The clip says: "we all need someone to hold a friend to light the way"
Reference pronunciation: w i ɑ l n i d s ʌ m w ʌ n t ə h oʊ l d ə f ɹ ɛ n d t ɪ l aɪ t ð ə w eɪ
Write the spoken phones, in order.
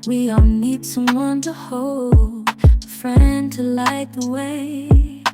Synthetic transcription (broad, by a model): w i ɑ n i d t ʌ w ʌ n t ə h oʊ l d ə f ɹ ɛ n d t ɪ l aɪ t ð ə w eɪ